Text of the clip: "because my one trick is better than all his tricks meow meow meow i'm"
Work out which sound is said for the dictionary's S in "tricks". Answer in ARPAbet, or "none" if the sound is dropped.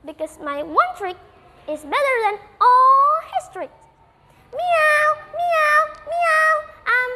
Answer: none